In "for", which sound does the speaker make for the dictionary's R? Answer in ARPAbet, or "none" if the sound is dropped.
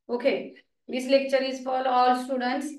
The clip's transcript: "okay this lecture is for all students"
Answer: L